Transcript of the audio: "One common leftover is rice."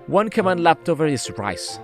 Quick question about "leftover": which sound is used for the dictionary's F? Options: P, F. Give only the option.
P